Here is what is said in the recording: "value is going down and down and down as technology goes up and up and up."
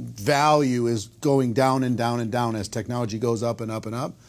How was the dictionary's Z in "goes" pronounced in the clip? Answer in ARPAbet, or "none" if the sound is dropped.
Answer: Z